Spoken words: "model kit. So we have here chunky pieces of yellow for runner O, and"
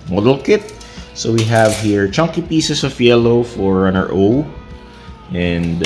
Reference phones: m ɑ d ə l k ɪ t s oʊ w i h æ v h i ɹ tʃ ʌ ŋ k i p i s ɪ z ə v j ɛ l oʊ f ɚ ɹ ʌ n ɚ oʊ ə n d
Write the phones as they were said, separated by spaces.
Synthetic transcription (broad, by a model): m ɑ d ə l k ɪ t s oʊ w i h æ v h i ɹ tʃ ʌ ŋ k i p i s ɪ s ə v j ɛ l oʊ f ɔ ɹ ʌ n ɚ oʊ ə n d